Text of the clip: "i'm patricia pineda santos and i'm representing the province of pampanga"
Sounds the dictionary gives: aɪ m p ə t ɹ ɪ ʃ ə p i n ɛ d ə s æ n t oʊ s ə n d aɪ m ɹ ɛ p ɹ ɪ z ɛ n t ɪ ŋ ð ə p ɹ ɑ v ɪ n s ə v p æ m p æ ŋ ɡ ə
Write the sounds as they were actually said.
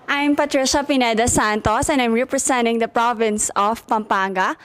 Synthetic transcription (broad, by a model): aɪ m p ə t ɹ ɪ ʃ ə p i n ɛ d ə s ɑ n t oʊ s ə n d aɪ m ɹ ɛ p ɹ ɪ s ɛ n t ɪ ŋ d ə p ɹ ɑ v ɪ n s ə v p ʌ m p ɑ ŋ ɡ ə